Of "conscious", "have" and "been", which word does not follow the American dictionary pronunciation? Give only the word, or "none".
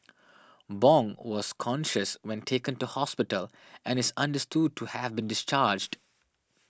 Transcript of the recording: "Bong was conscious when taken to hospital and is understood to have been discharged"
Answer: none